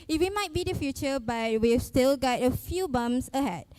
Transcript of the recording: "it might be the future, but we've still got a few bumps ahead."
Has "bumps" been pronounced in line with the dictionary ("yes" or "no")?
no